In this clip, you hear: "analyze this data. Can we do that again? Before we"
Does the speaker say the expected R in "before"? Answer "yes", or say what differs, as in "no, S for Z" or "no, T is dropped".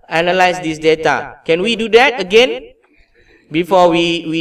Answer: no, W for R